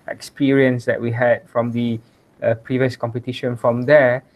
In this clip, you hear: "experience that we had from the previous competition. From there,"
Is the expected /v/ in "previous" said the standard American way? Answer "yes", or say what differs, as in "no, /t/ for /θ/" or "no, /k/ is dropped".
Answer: yes